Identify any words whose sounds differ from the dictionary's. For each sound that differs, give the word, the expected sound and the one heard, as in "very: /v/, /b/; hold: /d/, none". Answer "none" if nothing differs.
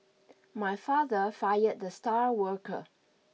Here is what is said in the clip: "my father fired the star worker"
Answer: none